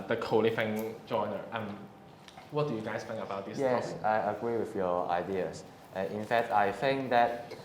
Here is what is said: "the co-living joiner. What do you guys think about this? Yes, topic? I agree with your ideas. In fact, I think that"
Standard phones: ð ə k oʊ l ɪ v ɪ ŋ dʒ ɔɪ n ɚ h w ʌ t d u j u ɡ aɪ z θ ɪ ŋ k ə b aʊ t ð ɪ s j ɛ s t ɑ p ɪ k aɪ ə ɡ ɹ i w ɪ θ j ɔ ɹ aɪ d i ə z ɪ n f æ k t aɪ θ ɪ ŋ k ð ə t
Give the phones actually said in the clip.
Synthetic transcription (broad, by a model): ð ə k oʊ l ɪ f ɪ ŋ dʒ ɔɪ n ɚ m w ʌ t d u j u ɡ aɪ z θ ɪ ŋ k ə b aʊ t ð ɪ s j ɛ s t ɑ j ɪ ə ɡ ɹ i w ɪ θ j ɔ aɪ d i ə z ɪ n f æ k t aɪ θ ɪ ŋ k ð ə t